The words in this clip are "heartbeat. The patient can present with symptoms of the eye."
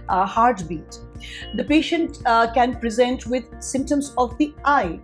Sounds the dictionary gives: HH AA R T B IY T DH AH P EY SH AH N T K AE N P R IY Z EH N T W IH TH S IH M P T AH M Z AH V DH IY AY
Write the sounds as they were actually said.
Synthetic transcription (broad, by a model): HH AA R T B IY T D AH P EY SH AH N T K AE N P R IY Z EH N T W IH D S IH M P T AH M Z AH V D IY AY